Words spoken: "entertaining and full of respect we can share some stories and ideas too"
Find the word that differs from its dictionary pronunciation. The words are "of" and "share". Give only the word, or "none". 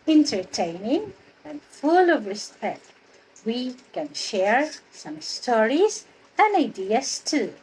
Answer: none